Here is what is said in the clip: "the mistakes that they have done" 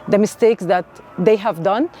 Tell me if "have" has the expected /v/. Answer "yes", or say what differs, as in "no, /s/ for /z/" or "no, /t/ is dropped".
yes